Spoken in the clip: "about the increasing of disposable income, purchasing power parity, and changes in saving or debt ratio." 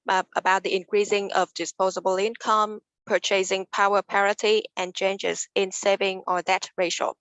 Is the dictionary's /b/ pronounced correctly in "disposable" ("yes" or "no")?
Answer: yes